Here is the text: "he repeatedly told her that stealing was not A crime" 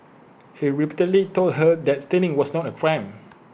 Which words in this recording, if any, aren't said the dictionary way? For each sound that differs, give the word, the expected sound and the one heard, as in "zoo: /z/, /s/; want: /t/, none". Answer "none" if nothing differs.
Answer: stealing: /l/, /n/; was: /z/, /s/